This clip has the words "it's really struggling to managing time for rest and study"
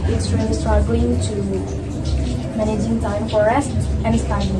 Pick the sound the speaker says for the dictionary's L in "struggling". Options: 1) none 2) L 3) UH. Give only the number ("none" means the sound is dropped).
1